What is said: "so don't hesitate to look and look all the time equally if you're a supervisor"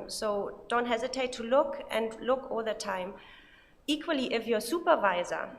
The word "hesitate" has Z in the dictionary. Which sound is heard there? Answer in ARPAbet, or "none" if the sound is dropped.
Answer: Z